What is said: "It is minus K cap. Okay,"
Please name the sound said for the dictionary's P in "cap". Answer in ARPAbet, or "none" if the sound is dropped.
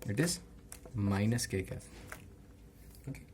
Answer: none